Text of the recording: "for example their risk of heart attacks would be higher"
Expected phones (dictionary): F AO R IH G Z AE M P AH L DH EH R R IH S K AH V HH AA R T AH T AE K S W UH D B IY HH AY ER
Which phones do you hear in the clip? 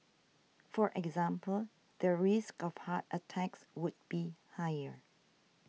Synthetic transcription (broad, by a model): F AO R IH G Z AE M P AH L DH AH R R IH S K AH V HH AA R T AH T AE K S W UH D B IY HH AY ER